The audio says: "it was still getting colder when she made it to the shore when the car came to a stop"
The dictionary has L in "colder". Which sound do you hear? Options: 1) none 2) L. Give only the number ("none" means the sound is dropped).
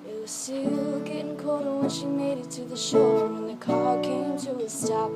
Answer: 1